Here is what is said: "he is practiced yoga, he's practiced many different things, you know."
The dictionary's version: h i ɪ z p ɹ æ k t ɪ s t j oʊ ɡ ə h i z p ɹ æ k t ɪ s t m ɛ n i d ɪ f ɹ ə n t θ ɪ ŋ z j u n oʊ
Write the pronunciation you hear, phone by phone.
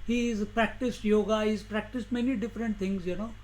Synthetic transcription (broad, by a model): h i ɪ z p ɹ æ k t ɪ s t j oʊ ɡ ə h i z p ɹ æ k t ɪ s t m ɛ n i d ɪ f ɹ ə n t t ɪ ŋ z j u n oʊ